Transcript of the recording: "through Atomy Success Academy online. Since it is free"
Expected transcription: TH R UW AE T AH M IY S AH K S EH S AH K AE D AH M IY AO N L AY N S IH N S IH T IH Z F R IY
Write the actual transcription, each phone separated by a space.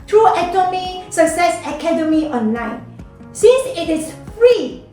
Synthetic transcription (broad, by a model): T R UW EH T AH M IY S AH K S EH S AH K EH D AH M IY AO N L AY N S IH N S IH T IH S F R IY